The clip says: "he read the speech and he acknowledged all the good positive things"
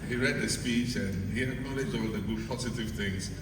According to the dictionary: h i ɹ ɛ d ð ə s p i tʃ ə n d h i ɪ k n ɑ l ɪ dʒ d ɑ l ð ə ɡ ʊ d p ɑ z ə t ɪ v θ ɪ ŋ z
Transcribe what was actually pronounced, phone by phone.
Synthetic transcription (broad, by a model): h i ɹ ɛ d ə s p i tʃ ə n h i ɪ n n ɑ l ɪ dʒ ɑ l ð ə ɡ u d p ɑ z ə t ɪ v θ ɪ ŋ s